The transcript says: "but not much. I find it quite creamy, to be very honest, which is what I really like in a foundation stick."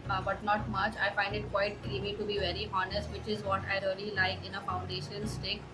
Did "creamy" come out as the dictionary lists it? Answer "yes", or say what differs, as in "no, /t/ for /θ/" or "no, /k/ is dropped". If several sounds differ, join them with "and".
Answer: no, /ɹ/ is dropped